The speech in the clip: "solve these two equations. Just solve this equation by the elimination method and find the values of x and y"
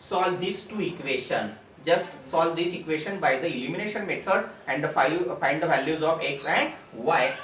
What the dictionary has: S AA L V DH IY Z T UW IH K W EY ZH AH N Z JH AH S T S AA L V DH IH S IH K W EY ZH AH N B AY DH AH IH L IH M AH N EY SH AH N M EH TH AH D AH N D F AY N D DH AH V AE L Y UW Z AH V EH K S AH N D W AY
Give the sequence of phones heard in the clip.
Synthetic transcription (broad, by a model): S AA L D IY S T UW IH K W EY SH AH N JH AH S T S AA L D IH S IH K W EY SH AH N B AY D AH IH L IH M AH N EY SH AH N M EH T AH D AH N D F AY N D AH V AE L Y UW Z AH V EH K S AH N D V AY